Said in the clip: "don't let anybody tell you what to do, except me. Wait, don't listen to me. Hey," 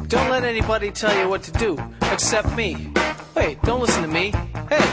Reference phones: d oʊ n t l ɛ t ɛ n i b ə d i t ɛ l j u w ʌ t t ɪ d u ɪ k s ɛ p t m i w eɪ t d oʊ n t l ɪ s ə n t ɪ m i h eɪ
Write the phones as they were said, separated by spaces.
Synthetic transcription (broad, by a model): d oʊ n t l ɛ t ɛ n i b ə d i t ɛ l j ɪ w ʌ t t ɪ d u ɪ k s ɛ p t m i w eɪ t d oʊ n t l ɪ s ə n t ɪ m i h eɪ